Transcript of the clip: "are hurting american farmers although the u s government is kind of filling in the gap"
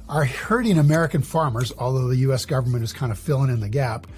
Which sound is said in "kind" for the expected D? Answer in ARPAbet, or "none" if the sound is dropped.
D